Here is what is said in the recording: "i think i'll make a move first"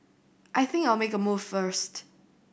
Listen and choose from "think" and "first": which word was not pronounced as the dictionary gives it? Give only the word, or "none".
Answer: none